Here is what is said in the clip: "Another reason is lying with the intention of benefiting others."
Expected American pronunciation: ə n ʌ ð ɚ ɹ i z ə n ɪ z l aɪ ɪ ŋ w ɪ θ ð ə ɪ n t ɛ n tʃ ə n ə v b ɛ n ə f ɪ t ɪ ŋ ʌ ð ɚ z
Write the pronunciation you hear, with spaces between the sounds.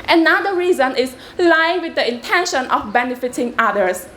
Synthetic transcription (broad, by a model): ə n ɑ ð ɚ ɹ i z ə n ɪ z l aɪ ɪ ŋ w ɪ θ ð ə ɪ n t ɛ n ʃ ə n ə f b ɛ n ə f ɪ t ɪ ŋ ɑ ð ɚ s